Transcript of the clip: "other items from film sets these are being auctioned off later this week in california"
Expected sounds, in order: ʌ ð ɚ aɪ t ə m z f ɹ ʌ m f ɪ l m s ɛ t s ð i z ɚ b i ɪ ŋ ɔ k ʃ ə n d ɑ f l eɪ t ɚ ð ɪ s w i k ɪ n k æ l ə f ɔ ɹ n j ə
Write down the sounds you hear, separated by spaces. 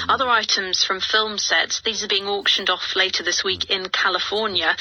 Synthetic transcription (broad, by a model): ʌ ð ɚ aɪ t ə m z f ɹ ʌ m f ɪ l m s ɛ t s ð i z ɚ b i ɪ ŋ ɔ k ʃ ə n d ɑ f l eɪ t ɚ ð ɪ s w i k ɪ n k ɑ l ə f ɔ n j ə